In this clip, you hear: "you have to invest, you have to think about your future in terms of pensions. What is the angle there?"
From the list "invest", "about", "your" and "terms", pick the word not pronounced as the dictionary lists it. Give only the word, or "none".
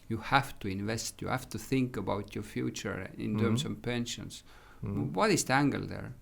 terms